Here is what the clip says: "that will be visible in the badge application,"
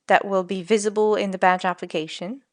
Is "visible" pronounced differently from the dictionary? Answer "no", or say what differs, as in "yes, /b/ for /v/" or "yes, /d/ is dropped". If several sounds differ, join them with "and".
no